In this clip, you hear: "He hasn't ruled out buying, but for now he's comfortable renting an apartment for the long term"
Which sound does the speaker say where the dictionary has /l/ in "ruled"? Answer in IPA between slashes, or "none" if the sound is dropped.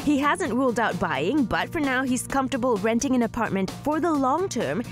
/l/